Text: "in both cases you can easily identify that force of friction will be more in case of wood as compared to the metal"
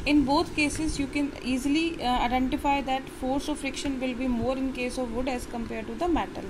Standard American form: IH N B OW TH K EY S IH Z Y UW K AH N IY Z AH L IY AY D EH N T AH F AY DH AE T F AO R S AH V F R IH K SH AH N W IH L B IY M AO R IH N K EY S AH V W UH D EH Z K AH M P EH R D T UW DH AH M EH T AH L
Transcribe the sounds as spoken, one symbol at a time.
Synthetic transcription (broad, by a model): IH N B OW T K EY S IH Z Y UW K AH N IY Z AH L IY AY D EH N T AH F AY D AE T F AO R S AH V F R IH K SH AH N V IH L B IY M AO R IH N K EY S AH V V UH D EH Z K AH M P EH R D T UW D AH M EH T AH L